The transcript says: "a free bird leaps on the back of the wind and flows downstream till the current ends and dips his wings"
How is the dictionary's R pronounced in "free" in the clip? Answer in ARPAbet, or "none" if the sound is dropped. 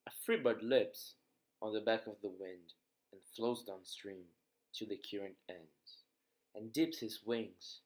R